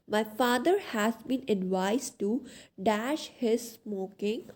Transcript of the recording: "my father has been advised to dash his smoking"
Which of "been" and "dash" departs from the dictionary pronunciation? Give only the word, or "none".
none